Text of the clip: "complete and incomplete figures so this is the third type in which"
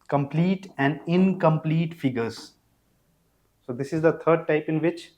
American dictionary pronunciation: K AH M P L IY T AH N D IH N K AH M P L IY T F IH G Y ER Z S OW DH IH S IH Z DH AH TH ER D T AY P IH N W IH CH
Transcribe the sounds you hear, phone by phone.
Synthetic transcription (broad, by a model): K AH M P L IY T AH N D IH N K AH M P L IY T F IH G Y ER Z S OW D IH S IH Z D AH T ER D T AY P IH N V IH CH